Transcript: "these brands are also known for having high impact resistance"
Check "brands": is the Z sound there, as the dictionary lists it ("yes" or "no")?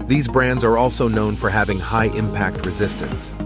yes